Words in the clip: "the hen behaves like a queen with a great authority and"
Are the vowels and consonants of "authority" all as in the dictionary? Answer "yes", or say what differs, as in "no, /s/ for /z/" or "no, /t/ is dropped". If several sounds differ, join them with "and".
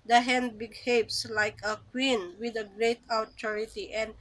no, /t/ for /θ/